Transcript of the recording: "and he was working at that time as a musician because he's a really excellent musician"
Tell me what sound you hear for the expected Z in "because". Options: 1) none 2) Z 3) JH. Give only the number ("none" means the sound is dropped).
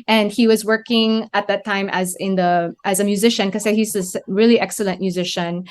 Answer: 1